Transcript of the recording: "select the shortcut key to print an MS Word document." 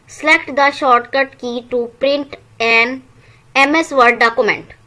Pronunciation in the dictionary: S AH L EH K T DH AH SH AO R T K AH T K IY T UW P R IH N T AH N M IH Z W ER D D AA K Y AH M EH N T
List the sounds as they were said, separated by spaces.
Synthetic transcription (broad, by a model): S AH L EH K T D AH SH AO R T K AH T K IY T UW P R IH N T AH N M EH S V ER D D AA K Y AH M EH N T